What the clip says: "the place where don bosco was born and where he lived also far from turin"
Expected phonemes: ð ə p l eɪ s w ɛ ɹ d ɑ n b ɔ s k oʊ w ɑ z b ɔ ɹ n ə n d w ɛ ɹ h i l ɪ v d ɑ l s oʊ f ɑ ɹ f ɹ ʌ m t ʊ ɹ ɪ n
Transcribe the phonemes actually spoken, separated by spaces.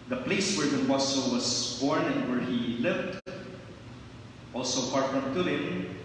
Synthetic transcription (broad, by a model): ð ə p l eɪ s w ɛ ɹ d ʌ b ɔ s oʊ w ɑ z b ɔ ɹ n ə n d w ɛ ɹ h i l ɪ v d ɑ l s oʊ p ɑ ɹ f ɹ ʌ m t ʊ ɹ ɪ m